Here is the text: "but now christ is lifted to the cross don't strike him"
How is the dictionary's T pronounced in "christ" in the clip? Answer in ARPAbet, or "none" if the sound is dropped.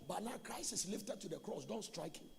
none